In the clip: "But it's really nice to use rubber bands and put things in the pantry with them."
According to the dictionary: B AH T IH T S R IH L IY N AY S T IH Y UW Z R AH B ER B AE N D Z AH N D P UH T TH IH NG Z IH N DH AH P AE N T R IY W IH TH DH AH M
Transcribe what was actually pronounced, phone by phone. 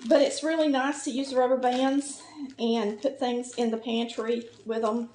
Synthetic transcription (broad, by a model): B AH T IH T S R IH L IY N AY S T IH Y UW Z R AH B ER B AE N D Z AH N P UH T TH IH NG Z IH N DH AH P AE N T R IY W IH DH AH M